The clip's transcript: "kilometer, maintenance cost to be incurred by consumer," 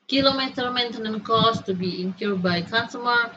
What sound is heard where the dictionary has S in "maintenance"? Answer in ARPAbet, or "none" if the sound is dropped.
none